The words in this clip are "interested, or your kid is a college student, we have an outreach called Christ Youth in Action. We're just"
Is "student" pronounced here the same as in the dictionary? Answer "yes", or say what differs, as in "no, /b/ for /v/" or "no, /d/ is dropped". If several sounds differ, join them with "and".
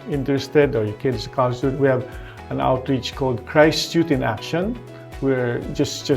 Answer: no, /n/ is dropped